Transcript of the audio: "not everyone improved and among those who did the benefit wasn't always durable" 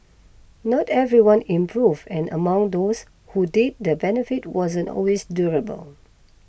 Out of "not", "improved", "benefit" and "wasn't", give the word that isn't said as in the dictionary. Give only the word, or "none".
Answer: improved